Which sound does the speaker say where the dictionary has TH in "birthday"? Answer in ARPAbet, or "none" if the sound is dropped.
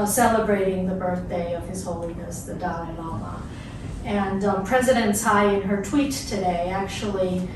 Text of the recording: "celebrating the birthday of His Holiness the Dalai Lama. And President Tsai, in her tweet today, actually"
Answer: TH